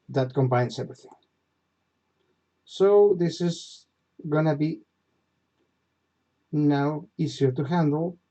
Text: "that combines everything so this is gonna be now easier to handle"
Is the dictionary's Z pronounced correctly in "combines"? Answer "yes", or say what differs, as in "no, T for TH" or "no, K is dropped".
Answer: no, S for Z